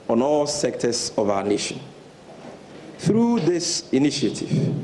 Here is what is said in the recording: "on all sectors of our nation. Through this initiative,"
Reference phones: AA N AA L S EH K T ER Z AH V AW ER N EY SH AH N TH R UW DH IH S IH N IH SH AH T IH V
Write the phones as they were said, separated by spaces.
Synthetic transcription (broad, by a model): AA N AA L S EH K T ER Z AH V AW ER N EY SH AH N TH R UW DH IH S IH N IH SH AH T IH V